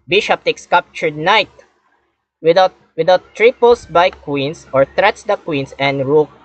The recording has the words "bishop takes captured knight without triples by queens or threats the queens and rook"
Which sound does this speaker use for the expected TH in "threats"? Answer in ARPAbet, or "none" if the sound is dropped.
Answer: T